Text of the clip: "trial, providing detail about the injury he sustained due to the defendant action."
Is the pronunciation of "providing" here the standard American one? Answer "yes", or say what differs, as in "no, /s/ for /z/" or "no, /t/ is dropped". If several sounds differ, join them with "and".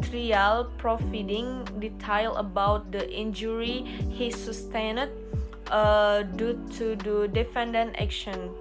no, /f/ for /v/